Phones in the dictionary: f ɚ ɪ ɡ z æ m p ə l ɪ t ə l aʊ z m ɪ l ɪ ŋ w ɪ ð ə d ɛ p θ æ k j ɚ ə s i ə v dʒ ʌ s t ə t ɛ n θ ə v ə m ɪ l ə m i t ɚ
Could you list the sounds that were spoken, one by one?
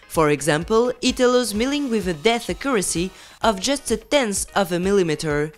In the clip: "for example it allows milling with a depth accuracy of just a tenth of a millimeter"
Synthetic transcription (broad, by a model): f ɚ ɪ ɡ z æ m p ə l ɪ t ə l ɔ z m ɪ l ɪ ŋ w ɪ ð ə d ɛ θ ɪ k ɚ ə s i ə v dʒ ʌ s t ə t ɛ n s ə v ə m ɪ l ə m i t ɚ